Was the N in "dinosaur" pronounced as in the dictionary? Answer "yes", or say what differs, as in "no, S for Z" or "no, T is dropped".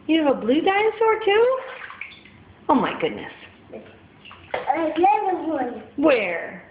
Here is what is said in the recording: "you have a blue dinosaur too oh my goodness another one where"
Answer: no, N is dropped